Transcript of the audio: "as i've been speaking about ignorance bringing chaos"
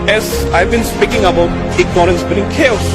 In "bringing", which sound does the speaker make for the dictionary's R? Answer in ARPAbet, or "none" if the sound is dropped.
none